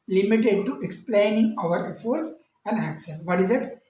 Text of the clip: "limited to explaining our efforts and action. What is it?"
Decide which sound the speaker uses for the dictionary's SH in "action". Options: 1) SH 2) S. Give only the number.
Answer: 2